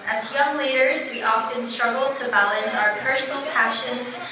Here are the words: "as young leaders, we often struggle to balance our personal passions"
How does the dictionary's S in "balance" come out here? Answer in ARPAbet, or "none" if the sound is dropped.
S